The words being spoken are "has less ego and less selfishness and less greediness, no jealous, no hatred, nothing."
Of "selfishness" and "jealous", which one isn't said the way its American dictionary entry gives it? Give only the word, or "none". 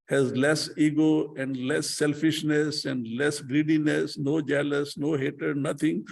none